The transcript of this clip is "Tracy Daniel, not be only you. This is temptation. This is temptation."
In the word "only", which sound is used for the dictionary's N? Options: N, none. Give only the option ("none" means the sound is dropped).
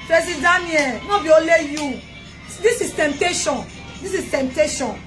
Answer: none